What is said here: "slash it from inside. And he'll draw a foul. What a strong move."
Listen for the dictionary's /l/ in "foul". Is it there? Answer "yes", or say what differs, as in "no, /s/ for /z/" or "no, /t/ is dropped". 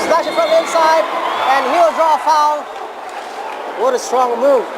no, /n/ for /l/